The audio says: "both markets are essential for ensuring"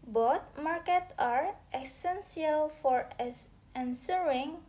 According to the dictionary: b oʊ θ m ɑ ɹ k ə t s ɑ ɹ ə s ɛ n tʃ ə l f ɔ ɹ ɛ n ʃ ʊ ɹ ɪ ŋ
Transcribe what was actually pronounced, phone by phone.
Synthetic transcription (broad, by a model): b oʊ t m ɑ ɹ k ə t ɑ ɹ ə s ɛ n s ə l f ɔ ɹ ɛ n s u ɹ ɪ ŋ